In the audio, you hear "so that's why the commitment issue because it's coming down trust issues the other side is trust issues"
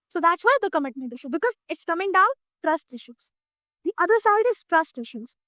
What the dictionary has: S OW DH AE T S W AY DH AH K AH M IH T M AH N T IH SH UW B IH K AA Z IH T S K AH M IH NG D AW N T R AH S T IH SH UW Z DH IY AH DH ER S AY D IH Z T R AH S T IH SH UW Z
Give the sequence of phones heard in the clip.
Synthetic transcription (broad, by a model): S OW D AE T S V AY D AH K AH M IH T M AH N T IH SH UW B IH K AA Z IH T S K AH M IH NG D AW N T R AH S T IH SH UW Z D IY AH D ER S AY D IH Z T R AH S T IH SH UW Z